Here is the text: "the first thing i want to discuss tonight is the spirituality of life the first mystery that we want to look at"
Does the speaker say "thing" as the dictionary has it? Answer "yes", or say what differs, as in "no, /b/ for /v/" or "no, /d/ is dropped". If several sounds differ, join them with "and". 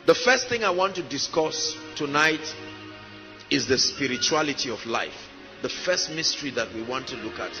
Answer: yes